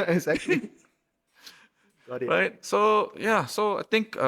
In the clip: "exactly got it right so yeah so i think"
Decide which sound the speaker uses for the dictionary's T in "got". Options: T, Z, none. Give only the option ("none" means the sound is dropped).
none